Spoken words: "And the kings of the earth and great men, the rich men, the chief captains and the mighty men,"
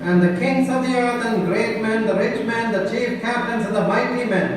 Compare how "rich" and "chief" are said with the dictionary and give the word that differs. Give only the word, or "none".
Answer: none